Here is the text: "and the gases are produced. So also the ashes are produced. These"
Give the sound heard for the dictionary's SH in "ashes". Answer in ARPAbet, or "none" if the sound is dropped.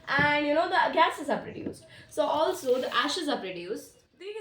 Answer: SH